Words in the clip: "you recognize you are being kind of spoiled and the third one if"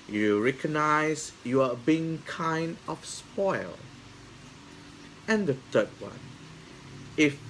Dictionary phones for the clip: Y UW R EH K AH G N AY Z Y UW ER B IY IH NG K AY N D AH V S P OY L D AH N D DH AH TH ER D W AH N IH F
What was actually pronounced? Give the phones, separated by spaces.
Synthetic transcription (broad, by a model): Y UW R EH K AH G N AY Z Y UW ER B IY IH NG K AY N D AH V S P OY L AH N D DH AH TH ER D W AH N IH F